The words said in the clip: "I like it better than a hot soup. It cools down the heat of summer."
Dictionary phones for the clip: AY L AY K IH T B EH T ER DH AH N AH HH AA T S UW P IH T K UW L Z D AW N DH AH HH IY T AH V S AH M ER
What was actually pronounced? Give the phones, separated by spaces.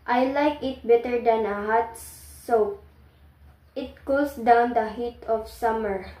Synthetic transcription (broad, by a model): AY L AY K IH T B EH T ER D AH N AH HH AA T S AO IH T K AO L S D AW N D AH HH IY T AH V S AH M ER